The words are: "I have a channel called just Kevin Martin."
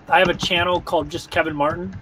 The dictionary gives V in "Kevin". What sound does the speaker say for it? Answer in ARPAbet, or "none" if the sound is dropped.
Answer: V